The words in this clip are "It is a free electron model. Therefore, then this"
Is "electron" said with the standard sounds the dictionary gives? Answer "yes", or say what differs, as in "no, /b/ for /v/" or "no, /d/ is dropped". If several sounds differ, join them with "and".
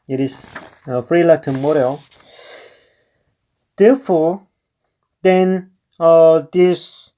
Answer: no, /ɹ/ is dropped